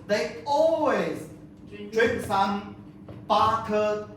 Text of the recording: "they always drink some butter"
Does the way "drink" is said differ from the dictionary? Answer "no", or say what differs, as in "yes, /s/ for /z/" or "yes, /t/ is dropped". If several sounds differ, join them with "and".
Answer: yes, /ŋ/ is dropped